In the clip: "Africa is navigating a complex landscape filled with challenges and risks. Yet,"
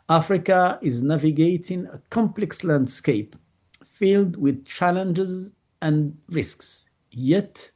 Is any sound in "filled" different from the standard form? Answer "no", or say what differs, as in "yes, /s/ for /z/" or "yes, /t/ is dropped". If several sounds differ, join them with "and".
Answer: no